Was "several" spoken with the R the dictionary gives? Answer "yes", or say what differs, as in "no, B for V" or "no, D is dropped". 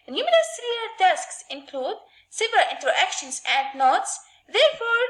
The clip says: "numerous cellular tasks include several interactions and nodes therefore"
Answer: no, R is dropped